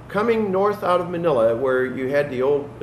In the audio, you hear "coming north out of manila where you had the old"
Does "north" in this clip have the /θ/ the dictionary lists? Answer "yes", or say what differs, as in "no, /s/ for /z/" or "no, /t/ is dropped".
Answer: yes